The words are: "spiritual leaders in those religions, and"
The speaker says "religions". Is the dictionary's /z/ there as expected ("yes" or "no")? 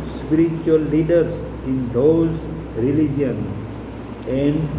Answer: no